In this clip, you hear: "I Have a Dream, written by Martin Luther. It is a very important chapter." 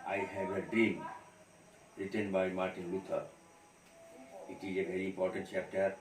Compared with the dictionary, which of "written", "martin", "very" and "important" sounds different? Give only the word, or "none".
none